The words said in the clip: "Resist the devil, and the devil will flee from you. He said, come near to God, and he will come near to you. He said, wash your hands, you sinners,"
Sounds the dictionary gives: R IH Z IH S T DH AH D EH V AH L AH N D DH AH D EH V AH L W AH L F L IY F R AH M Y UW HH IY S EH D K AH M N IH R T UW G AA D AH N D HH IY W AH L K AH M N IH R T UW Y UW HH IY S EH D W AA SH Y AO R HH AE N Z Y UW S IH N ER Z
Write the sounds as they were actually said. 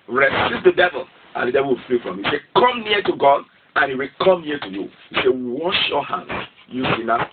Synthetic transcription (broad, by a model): R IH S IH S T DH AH D EH V AH L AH N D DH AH D EH V AH L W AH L F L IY F R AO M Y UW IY S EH K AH M N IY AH T UW G AA D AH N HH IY W AH L K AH M N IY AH T UW Y UW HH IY S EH W AA SH Y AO HH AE N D Y UW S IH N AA